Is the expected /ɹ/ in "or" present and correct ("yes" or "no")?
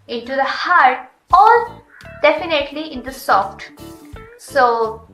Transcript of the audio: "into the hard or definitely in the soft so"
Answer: no